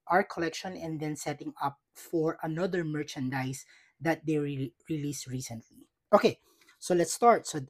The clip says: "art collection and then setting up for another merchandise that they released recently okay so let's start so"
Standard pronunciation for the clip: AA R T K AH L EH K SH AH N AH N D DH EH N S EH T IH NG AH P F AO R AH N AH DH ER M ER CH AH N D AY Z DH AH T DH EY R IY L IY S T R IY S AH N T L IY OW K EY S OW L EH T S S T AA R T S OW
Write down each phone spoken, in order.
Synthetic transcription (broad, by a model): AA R K AH L EH K SH AH N AH N D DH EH N S EH T IH NG AH P F AO R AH N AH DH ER M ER CH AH N D AY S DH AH T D EY R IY L IY S R IY S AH N T L IY OW K EY S OW L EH T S S T AA R T S OW